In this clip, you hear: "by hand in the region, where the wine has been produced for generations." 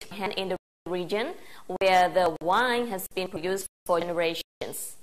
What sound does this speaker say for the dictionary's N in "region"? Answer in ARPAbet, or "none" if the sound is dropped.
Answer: N